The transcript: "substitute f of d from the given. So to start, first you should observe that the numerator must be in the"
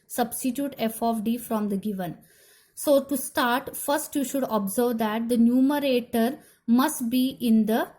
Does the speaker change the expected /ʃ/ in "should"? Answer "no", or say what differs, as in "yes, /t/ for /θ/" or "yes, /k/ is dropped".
no